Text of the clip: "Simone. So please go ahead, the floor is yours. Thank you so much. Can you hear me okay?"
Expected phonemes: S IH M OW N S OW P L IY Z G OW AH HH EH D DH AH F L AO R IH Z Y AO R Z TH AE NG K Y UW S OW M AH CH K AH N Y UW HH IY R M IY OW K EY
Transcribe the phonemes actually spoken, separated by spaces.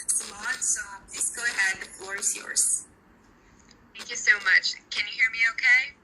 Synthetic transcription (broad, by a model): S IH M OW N S OW P L IY Z G OW AH HH EH D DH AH F L AO R IH Z Y AO R Z TH AE NG K Y UW S OW M AH CH K AH N Y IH HH IY R M IY OW K EY